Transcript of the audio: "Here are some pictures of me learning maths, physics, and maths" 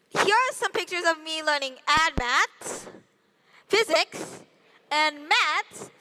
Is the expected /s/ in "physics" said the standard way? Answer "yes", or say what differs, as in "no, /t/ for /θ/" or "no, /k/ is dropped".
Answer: yes